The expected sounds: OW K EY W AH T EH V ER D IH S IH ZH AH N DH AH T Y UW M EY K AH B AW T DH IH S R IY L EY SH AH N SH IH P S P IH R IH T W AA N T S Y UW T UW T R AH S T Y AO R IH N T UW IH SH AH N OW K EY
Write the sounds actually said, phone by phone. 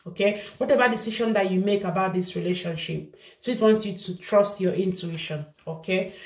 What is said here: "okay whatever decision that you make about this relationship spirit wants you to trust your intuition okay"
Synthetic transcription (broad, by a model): OW K EY W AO T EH V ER D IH S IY SH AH N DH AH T Y UW M EY K AH B AW T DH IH S R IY L EY SH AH N SH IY P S AO IH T W AA N T S Y UW T UW T R AH S T Y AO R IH N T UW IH SH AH N OW K EY